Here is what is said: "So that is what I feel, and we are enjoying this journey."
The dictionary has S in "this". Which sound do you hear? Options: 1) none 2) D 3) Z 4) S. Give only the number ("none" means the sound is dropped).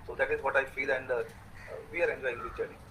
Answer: 1